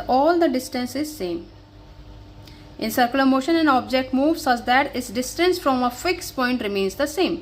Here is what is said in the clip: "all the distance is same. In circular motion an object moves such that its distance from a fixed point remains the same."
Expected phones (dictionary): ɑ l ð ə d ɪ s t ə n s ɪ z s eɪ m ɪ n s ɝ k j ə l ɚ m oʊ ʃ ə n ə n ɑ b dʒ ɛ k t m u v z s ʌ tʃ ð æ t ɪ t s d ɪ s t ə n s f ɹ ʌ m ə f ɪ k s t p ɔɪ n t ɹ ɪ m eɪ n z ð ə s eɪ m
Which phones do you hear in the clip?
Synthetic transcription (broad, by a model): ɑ l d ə d ɪ s t ə n s ɪ z s eɪ m ɪ n s ɝ k j ə l ɚ m oʊ ʃ ə n ə n ɑ b dʒ ɛ k t m u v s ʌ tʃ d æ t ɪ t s d ɪ s t ə n s f ɹ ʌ m ə f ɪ k s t p ɔɪ n t ɹ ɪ m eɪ n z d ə s eɪ m